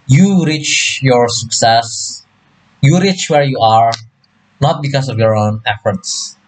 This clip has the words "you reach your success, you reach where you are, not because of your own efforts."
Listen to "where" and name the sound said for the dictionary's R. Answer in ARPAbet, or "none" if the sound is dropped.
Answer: R